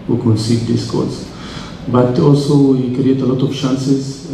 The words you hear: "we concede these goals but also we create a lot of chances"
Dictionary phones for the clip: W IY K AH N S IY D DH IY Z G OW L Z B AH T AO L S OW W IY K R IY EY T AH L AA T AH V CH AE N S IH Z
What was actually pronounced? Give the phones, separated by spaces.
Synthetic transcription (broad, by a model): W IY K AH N S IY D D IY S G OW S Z B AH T AO L S OW W IY K R IY EY T AH L AA T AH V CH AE N S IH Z